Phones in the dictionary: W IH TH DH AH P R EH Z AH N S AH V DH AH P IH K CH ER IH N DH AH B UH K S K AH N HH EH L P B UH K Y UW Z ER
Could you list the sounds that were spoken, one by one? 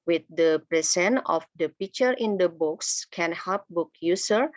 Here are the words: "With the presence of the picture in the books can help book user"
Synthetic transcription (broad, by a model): W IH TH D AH P R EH S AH N AH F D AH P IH K CH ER IH N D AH B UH K S K AH N HH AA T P B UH K Y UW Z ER